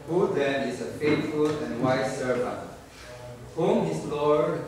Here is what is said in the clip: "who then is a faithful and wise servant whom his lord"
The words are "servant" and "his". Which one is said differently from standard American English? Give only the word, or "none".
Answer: his